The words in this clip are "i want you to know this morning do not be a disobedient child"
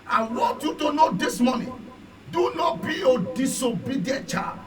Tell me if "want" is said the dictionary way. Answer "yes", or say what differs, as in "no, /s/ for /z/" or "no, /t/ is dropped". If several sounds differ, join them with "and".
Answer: no, /n/ is dropped